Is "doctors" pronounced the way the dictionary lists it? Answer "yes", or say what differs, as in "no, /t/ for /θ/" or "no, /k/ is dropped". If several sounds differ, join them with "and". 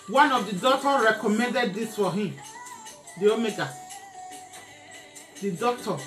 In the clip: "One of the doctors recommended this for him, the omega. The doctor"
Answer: no, /z/ is dropped